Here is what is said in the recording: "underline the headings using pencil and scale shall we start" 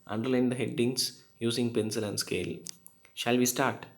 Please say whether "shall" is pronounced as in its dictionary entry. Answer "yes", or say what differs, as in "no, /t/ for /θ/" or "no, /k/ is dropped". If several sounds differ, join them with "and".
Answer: yes